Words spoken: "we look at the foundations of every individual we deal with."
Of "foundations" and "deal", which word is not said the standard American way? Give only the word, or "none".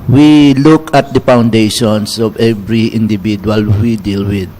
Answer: foundations